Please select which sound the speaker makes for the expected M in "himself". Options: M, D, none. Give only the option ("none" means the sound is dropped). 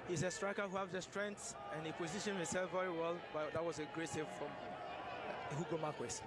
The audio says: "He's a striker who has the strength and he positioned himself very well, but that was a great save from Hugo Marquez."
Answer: none